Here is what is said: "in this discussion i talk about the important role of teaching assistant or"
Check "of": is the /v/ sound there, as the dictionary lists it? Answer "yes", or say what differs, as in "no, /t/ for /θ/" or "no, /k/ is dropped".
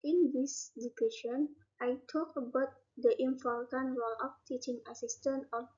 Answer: no, /p/ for /v/